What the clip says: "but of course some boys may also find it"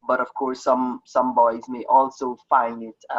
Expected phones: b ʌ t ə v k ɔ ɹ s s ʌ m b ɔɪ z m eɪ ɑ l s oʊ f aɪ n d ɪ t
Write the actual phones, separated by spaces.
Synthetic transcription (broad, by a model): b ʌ t ə v k ɔ ɹ s s ʌ m b ɔɪ z m eɪ ɑ l s oʊ f aɪ n d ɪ t